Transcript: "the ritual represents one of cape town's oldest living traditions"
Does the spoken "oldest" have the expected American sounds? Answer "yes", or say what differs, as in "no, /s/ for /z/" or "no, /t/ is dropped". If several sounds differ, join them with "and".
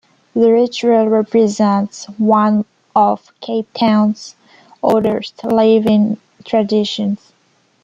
no, /l/ is dropped